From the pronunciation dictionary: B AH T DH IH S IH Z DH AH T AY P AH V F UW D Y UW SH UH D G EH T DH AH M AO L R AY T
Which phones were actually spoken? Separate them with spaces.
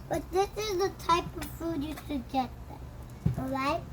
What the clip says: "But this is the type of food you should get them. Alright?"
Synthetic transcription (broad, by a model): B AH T DH IH S IH Z DH AH T AY P AH V F UW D Y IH S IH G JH EH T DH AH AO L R AY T